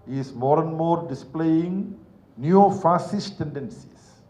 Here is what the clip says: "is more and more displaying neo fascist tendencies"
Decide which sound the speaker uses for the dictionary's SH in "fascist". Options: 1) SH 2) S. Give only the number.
2